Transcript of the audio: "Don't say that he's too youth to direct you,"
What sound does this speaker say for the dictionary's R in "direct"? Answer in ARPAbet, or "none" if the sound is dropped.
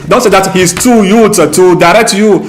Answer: R